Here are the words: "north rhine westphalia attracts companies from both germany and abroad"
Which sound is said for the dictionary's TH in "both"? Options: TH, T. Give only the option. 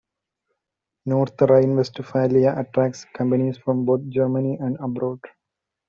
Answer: T